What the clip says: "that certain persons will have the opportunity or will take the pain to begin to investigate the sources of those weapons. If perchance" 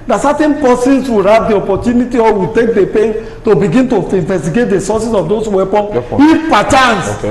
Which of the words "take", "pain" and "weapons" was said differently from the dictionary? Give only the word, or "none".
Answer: weapons